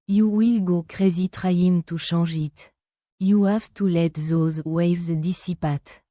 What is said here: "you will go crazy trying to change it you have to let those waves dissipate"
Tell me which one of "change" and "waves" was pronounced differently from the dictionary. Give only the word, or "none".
change